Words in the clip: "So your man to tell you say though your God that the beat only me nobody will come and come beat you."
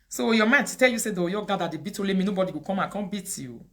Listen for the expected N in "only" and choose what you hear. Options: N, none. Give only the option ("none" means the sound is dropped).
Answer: none